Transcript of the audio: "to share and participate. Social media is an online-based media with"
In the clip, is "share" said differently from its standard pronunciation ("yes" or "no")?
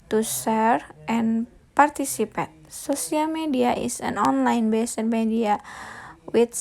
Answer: yes